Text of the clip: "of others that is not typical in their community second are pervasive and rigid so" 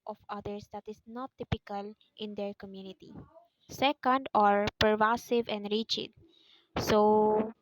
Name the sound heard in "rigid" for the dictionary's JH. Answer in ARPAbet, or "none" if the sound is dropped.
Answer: CH